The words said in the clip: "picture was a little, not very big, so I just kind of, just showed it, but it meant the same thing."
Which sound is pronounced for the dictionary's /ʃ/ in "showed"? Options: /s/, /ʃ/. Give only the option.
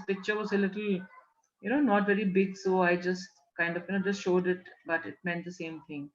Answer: /ʃ/